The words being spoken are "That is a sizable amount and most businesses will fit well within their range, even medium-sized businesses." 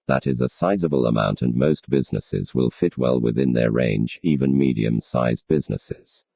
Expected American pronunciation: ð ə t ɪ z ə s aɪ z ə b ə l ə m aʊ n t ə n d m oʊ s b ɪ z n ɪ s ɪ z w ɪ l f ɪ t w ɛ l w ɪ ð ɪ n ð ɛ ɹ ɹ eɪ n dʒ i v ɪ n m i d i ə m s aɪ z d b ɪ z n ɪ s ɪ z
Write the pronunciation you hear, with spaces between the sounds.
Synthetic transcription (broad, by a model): ð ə t ɪ z ə s aɪ z ə b ə l ə m aʊ n t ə n m oʊ s b ɪ z n ɪ s ɪ z w ɪ l f ɪ t w ɛ l w ɪ ð ɪ n ð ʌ ɹ ɹ eɪ n dʒ i v ɪ n m i d i ə m s aɪ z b ɪ z n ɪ s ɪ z